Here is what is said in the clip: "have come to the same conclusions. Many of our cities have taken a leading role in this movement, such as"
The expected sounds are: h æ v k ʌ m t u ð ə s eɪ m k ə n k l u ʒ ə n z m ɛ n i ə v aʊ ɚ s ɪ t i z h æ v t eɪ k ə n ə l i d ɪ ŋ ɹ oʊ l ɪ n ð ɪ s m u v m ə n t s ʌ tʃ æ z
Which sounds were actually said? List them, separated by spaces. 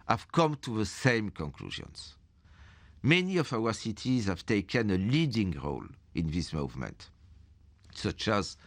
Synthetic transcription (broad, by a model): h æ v k ʌ m t u ð ə s eɪ m k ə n k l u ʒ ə n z m ɛ n i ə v aʊ ɚ s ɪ t i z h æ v t eɪ k ə n ə l i d ɪ ŋ ɹ oʊ l ɪ n ð ɪ s m u v m ə n t s ʌ tʃ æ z